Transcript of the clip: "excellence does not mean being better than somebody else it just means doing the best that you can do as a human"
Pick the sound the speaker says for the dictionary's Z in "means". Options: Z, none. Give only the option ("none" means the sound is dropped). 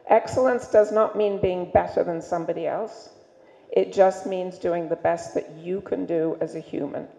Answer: Z